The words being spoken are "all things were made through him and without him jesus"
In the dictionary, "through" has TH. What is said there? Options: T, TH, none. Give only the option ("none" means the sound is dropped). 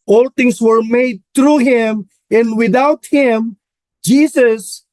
T